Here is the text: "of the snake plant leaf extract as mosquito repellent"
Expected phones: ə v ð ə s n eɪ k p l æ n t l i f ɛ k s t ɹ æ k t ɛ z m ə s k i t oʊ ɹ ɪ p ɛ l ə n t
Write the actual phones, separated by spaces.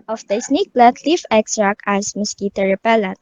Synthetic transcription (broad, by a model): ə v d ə s n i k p l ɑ t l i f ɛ k s t ɹ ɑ k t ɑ s m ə s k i t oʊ ɹ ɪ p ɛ l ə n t